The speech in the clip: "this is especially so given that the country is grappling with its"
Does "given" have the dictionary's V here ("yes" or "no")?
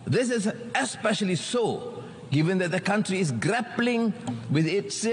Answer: yes